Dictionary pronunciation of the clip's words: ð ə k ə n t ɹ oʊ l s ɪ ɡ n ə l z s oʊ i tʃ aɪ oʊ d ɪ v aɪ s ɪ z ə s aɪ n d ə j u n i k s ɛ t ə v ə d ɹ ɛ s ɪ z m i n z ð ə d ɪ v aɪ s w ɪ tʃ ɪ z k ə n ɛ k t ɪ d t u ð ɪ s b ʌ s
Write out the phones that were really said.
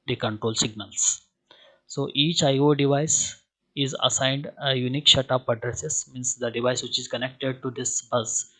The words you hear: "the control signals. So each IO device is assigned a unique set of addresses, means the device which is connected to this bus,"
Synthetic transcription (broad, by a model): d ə k ə n t ɹ oʊ l s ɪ ɡ n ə l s s oʊ i tʃ aɪ oʊ d ɪ v aɪ s ɪ z ə s aɪ n d ə j u n i k ʃ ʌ t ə p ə d ɹ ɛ s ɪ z m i n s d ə d ɪ v aɪ s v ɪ tʃ ɪ z k ə n ɛ k t ɪ d t u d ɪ s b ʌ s